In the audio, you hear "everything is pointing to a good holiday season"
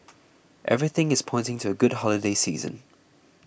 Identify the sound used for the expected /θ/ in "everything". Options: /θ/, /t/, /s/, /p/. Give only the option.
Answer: /θ/